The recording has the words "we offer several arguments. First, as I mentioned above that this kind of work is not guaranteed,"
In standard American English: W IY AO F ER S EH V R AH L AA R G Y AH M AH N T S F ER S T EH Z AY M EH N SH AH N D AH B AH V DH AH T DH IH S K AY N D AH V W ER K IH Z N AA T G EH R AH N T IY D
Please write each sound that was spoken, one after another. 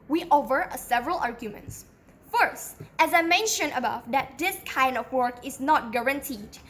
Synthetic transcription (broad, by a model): W IY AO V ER S EH V R AH L AA R G Y AH M AH N T S F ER S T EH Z AY M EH N SH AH N AH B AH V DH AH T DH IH S K AY N D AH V W ER K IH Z N AA T G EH R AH N T IY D